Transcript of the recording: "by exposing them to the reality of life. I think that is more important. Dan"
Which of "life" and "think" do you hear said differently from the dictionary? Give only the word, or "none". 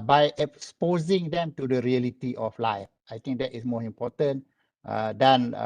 think